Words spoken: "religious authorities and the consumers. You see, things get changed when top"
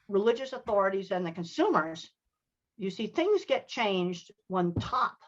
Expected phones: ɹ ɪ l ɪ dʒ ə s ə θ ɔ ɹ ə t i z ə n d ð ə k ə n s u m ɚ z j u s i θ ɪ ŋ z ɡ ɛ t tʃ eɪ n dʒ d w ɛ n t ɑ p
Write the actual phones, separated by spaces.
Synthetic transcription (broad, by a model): ɹ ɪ l ɪ dʒ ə s ə θ ɔ ɹ ə t i z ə n ð ə k ə n s u m ɚ z j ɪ s i θ ɪ ŋ z ɡ ɛ t tʃ eɪ n dʒ d w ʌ n t ɑ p